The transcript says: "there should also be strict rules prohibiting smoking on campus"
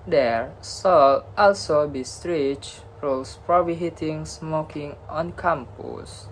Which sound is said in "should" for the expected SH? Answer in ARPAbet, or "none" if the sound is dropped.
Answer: S